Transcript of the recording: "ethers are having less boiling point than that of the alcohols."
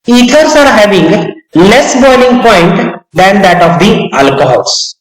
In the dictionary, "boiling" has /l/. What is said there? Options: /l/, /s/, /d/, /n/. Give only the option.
/n/